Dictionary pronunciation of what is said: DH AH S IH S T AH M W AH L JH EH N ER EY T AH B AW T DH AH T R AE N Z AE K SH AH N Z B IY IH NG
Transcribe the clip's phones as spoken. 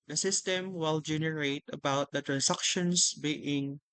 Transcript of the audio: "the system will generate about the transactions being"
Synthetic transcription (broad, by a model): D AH S IH S T AH M W AH L JH EH N ER EY T AH B AW T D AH T R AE N S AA K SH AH N S B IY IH NG